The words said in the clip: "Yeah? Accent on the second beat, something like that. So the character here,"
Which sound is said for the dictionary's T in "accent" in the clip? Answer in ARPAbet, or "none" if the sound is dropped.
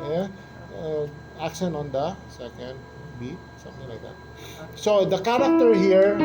none